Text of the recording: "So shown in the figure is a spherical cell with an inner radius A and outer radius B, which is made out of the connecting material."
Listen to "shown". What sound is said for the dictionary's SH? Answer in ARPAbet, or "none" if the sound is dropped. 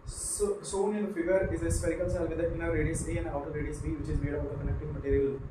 S